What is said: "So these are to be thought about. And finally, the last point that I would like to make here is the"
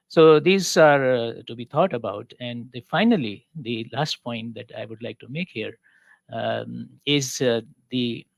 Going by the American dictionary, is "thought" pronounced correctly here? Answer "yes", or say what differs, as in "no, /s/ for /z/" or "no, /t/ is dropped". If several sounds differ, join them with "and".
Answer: no, /t/ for /θ/